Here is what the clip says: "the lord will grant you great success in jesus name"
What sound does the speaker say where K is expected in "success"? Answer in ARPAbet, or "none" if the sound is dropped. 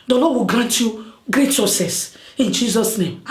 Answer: none